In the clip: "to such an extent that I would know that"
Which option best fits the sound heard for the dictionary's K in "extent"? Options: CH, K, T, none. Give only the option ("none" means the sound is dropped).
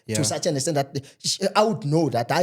none